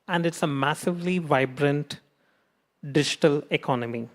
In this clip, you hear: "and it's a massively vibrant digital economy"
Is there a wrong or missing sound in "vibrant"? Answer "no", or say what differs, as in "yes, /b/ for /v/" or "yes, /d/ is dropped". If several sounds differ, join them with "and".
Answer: no